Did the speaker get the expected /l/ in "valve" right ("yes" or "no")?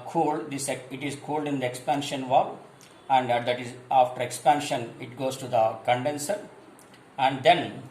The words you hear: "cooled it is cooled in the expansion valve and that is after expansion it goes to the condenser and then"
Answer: no